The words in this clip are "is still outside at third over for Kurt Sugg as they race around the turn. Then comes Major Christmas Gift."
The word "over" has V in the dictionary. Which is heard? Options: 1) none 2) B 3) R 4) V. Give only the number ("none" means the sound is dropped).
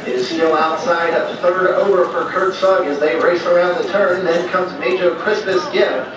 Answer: 4